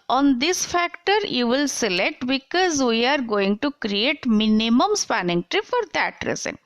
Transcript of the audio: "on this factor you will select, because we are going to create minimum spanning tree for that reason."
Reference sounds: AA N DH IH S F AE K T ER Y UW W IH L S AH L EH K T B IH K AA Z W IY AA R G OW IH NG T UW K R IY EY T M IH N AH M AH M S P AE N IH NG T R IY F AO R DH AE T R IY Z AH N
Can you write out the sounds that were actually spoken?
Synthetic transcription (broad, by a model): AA N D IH S F AE K T ER Y UW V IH L S AH L EH K T B IH K AA Z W IY AA R G OW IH NG T UW K R IY EY T M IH N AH M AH M S P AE N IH NG T R IY F AO R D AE T R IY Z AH N